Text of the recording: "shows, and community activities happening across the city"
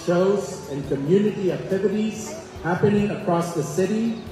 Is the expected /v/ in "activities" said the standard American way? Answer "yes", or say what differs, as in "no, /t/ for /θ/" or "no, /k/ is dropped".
yes